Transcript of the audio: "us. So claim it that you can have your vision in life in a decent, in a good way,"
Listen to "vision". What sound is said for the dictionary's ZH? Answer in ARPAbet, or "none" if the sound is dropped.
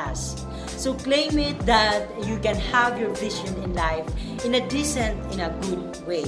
SH